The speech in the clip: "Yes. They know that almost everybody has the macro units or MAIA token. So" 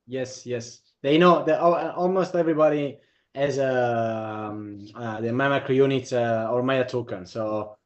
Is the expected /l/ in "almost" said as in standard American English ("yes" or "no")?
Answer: yes